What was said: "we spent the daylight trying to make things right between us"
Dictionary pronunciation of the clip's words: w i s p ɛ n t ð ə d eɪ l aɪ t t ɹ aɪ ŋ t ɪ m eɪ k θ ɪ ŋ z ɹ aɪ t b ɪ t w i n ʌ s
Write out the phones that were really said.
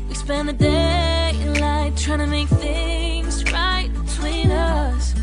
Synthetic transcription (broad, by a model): w i s p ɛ n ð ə d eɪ l aɪ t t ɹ aɪ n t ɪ m eɪ k θ ɪ ŋ z ɹ aɪ t b ɪ t w i n ʌ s